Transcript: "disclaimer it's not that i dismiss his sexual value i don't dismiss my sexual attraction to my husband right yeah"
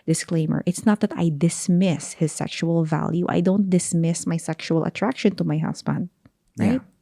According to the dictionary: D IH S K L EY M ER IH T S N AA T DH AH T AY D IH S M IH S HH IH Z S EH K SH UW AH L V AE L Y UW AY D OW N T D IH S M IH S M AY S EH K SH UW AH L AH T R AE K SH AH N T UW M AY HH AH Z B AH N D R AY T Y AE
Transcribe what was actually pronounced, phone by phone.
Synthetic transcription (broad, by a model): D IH S K L EY M ER IH T S N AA T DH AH T AY D IH S M IH S HH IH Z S EH K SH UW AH L V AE L Y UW AY D OW N T D IH S M IH S M AY S EH K SH UW AH L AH T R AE K SH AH N T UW M AY HH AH S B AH N D R AY T